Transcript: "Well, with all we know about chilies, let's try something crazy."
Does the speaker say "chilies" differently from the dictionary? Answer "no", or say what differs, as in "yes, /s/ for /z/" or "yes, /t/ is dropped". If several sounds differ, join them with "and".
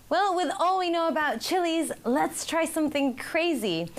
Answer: no